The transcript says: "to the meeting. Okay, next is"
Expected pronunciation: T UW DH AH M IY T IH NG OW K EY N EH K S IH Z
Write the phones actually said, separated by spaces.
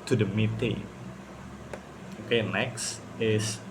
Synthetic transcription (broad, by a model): T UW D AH M IY T IH NG OW K EY N EH K S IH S